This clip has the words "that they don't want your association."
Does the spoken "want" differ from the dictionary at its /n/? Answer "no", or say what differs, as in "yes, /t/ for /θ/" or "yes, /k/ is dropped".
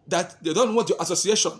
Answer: yes, /n/ is dropped